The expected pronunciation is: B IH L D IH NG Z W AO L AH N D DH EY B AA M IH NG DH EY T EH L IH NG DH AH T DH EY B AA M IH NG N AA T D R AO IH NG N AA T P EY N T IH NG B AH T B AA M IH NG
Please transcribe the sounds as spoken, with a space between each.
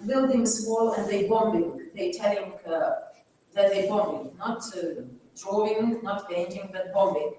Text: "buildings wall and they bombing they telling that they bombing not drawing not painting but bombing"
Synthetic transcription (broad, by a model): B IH L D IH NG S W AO L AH N DH EY B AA M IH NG DH EY T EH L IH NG DH AH T DH EY B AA M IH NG N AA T D R AO IH NG N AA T B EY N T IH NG B AH T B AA M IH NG